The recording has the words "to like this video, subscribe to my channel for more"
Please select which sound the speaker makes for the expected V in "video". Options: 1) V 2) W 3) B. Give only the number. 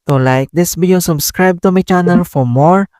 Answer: 3